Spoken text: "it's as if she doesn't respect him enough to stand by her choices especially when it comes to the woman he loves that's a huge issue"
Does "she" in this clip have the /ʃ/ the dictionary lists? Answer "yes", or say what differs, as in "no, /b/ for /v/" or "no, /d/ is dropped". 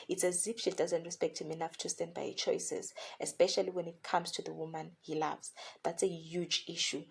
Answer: yes